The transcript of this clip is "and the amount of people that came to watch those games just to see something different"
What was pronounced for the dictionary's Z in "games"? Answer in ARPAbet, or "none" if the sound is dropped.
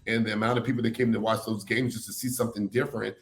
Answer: Z